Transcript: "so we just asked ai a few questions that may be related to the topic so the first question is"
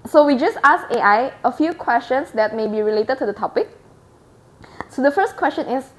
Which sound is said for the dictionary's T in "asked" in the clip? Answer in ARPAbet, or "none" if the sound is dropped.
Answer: none